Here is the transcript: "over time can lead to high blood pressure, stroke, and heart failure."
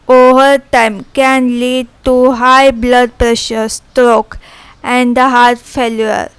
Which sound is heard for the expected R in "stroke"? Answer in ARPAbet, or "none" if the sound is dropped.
R